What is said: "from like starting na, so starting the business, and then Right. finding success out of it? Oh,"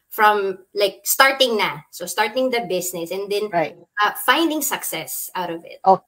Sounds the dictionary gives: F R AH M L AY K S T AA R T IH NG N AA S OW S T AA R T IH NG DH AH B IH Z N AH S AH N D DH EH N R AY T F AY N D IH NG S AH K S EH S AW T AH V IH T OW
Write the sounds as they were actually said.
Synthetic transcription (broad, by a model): F R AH M L AY K S T AA R T IH NG N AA S OW S T AA R T IH NG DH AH B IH S N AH S AH N D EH N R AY F AY N D IH NG S AH K S EH S AW T AH V IH T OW